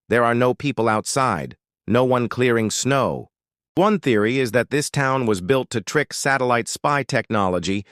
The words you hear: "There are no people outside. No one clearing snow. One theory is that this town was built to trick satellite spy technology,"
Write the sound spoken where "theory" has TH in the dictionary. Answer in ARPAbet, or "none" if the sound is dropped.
TH